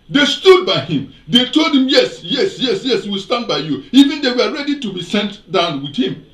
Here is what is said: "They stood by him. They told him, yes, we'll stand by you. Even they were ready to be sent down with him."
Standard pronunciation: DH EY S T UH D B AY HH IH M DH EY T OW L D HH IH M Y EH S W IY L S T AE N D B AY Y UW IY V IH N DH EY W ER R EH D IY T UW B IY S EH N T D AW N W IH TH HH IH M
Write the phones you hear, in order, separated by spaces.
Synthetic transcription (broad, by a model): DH EY S T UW D B AY HH IH M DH EY T OW L D HH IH M Y EH S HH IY W S T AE N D B AY Y UW IY V IH N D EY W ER R EH D IY T UW B IY S EH N T D AW N W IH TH HH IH M